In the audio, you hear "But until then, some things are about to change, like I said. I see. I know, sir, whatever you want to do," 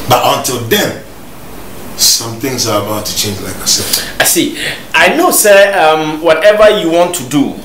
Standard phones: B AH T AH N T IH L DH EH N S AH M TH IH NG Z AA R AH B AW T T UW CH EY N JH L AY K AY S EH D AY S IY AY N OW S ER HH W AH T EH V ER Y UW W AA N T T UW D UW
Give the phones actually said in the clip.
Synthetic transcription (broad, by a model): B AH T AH N T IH L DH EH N S AH M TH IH NG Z AA R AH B AW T T UW CH EY N JH L AY K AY S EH AY S IY AY N OW S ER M W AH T EH V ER Y UW W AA N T T UW D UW